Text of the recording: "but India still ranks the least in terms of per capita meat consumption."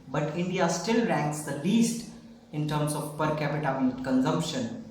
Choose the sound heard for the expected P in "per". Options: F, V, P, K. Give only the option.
P